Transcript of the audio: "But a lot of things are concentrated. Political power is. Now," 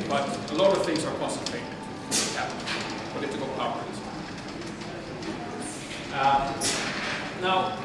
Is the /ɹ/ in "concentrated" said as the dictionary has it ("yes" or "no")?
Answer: no